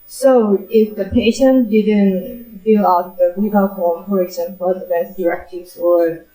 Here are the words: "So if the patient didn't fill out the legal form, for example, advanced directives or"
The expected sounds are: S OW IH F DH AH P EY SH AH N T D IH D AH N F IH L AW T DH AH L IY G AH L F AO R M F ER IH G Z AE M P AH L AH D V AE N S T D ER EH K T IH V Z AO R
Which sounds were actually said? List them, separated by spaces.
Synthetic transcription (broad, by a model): S OW IH F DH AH P EY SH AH N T D IH D AH N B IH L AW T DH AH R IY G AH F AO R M F ER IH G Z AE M P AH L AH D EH S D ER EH K T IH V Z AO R